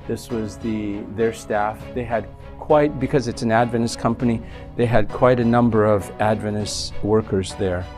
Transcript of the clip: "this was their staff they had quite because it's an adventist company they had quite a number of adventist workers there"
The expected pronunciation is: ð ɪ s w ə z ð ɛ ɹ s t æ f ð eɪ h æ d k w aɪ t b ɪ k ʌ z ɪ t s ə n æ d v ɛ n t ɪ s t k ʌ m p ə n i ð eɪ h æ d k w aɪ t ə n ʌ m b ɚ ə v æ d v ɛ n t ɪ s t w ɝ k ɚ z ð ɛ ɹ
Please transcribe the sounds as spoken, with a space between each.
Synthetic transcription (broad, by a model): ð ɪ s w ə z ð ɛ ɹ s t æ f ð eɪ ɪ d k w aɪ t b ɪ k ʌ z ɪ t s n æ d v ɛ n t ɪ s k ʌ m p ə n i ð eɪ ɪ d k w aɪ t ə n ʌ m b ɚ ə v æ d v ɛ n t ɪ s w ɝ k ɚ z ð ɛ ɹ